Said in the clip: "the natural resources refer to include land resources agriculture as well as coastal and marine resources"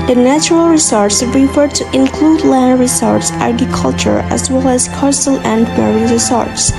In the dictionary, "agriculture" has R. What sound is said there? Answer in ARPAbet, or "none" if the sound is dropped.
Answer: none